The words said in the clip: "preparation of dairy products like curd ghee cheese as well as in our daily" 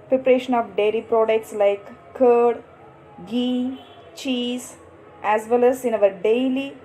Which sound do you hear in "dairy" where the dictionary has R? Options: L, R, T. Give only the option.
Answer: L